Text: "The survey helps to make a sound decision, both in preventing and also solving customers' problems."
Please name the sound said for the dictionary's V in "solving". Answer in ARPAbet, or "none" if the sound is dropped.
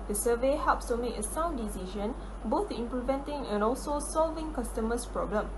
V